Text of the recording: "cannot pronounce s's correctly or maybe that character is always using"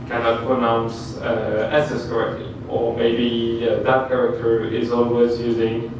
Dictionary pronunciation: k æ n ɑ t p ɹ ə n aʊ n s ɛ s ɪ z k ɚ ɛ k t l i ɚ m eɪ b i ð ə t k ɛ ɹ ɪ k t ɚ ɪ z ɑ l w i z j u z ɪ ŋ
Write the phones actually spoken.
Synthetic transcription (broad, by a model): k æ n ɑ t p ɹ ə n aʊ n s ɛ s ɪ s k ɚ ɛ k t l i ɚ m eɪ b i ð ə t k ɛ ɹ ɪ k t ɚ ɪ z ɑ l w i z j u z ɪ ŋ